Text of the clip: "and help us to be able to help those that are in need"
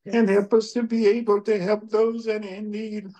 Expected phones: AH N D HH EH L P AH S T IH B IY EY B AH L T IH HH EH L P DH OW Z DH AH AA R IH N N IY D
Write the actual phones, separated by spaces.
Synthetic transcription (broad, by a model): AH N HH EH L P AH S T IH B IY EY B AH L T IH HH EH L P DH OW Z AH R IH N N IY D